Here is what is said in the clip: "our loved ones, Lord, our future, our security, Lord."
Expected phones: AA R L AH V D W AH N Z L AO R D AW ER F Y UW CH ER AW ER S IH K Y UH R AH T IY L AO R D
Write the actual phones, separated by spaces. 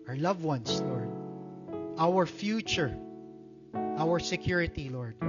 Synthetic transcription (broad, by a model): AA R L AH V W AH N S L AO R D AW ER F Y UW CH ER AW ER S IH K Y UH R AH T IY L AO R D